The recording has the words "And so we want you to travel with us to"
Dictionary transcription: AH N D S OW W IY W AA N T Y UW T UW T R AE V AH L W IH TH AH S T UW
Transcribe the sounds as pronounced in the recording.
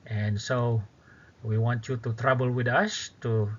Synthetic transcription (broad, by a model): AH N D S OW W IY W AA N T Y UW T UW T R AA B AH L W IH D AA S T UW